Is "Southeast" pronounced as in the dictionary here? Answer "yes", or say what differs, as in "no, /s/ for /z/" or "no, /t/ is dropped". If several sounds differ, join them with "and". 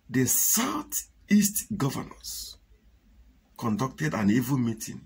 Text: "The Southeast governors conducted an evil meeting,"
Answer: no, /t/ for /θ/